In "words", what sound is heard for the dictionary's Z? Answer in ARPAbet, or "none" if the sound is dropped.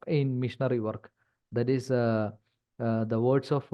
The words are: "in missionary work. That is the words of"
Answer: S